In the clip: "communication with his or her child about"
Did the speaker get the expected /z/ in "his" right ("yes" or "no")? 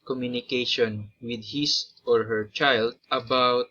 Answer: no